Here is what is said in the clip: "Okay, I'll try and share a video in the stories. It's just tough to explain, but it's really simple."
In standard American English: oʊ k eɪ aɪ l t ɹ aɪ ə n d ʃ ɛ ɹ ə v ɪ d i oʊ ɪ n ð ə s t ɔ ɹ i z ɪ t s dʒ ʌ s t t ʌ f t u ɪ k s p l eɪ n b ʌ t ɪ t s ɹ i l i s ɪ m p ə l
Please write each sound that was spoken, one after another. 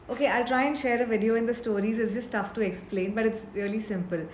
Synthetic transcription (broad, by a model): oʊ k eɪ aɪ l t ɹ aɪ ə n d ʃ ɛ ɹ ə v ɪ d i oʊ ɪ n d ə s t ɔ ɹ i z ɪ t s dʒ ʌ s t t ʌ f t u ɪ k s p l eɪ n b ʌ t ɪ t s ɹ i l i s ɪ m p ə l